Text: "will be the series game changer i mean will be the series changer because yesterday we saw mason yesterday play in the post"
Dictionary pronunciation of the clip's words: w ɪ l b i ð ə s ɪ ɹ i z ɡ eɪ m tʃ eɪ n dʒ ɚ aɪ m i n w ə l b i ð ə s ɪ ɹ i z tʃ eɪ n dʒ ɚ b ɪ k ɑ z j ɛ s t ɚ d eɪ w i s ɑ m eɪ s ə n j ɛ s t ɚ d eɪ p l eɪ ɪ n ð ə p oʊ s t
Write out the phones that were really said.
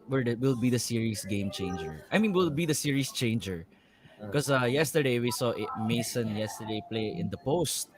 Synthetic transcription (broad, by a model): w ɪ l b i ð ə s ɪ ɹ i s ɡ eɪ m tʃ eɪ n dʒ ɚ aɪ m i n w ə l b i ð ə s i ɹ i s tʃ eɪ n dʒ ɚ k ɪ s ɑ j ɛ s t ɚ d eɪ w i s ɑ m eɪ s ə n j ɛ s t ɚ d eɪ p l eɪ ɪ n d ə p oʊ s t